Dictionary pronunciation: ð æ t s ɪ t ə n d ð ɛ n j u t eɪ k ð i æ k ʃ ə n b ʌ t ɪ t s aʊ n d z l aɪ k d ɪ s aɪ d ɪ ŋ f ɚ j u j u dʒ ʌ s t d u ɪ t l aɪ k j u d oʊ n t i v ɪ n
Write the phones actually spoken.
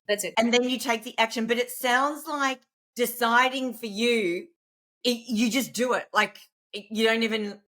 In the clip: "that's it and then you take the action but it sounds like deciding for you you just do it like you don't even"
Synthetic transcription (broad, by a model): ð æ t s ɪ t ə n ð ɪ n j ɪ t eɪ k ð i æ k ʃ ə n b ʌ t ɪ t s aʊ n d z l aɪ k d ɪ s aɪ d ɪ ŋ f ɚ j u j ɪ dʒ ʌ s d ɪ ɪ t l aɪ k j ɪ d oʊ n t i v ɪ n